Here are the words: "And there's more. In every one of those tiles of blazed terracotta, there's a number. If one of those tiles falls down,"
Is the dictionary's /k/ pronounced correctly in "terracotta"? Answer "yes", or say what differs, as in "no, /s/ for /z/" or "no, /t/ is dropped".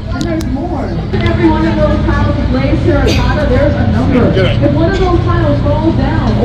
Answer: no, /k/ is dropped